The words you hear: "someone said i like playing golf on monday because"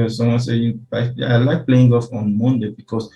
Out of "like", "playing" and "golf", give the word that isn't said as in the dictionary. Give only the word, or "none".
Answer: golf